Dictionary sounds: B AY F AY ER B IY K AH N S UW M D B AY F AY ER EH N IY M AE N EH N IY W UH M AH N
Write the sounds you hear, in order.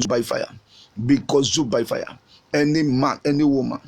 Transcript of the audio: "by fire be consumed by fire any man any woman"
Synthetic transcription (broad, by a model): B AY F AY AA B IY K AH S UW B AY F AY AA EH N IY M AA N EH N IY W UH M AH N